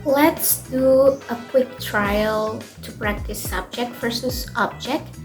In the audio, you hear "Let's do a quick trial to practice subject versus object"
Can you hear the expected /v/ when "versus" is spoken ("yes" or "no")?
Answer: no